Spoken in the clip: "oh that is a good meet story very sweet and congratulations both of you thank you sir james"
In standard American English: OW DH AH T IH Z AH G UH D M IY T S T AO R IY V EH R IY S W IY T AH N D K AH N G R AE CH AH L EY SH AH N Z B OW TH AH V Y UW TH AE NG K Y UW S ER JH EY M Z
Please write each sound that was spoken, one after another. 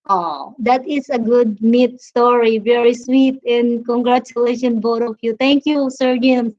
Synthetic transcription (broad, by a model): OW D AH T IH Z AH G UH D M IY T S T AO R IY V EH R IY S W IY T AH N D K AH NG G R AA CH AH L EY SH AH N B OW T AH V Y UW T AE NG K Y UW S ER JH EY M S